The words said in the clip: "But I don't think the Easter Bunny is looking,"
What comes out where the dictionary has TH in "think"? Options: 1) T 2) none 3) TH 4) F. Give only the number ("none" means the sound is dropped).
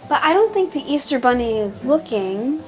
3